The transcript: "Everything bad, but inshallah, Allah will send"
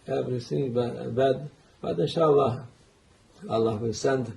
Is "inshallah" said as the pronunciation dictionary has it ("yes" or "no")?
no